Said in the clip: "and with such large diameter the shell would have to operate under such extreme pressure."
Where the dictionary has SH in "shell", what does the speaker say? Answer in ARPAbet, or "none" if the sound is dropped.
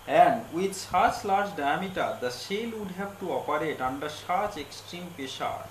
S